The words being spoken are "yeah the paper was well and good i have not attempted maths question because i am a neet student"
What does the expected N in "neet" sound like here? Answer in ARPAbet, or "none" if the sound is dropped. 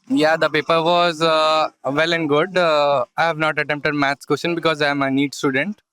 N